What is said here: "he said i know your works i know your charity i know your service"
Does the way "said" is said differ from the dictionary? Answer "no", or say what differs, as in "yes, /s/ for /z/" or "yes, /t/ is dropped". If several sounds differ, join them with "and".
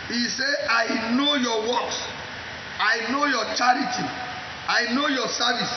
yes, /d/ is dropped